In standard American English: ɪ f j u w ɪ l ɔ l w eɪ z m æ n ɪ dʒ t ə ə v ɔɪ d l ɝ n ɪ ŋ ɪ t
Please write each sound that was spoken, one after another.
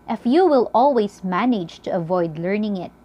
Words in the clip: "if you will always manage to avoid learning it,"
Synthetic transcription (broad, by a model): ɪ f j u w ɪ l ɔ l w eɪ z m æ n ɪ dʒ t ə ə v ɔɪ d l ɝ n ɪ ŋ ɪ t